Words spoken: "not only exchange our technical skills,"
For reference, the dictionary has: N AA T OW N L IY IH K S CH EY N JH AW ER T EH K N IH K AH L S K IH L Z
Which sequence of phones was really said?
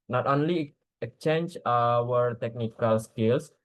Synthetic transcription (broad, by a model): N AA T OW N L IY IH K CH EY N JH AW ER T EH K N IH K AH L S K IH L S